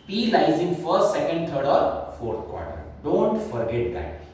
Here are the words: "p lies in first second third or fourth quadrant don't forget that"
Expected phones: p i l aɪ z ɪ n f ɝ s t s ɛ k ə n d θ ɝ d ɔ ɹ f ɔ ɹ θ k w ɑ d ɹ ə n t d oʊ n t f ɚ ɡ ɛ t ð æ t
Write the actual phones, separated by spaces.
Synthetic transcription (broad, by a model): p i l aɪ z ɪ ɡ f ɝ s t s ɛ k ə n d t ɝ d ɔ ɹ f ɔ ɹ t k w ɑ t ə t d oʊ n t f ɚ ɡ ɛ t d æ t